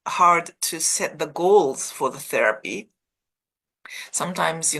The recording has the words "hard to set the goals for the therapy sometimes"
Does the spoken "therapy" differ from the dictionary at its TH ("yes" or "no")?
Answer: no